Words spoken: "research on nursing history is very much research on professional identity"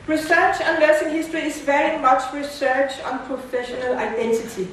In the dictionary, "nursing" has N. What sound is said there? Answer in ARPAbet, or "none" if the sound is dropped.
L